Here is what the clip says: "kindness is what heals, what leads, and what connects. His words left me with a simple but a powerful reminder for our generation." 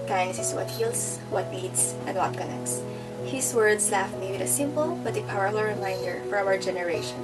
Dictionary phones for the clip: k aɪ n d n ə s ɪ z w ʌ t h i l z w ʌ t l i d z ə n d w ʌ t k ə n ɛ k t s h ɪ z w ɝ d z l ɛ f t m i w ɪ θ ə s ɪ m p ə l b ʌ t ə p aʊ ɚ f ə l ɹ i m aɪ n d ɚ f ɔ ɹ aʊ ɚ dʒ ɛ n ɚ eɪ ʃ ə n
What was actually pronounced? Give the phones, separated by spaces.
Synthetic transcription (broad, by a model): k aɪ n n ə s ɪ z w ʌ t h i l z w ʌ t n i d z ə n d w ʌ t k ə n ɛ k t s h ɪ s w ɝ d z l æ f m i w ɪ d ə s ɪ m p ə l b ʌ t ə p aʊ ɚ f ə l ɹ i m aɪ n d ɚ f ɔ ɹ aʊ ɚ dʒ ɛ n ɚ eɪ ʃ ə n